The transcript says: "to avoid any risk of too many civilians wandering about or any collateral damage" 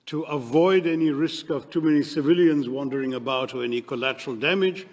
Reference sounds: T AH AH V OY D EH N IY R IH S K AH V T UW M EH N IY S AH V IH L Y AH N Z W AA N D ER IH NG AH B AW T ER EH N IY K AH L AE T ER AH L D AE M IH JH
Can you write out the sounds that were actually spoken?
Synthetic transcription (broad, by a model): T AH AH V OY D EH N IY R IH S K AH V T UW M EH N IY S AH V IH L Y AH N Z W AA N D ER IH NG AH B AW T ER EH N IY K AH L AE T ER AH L D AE M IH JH